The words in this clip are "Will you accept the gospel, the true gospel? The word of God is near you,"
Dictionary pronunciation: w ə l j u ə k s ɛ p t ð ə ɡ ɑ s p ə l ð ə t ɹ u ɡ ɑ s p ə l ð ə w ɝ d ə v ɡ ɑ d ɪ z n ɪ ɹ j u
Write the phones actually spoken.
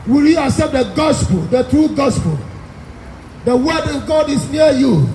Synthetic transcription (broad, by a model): w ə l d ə s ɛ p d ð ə ɡ ɑ s p ə l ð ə t ɹ u ɡ ɑ s p ə l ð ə w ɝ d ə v ɡ ɑ d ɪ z n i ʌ j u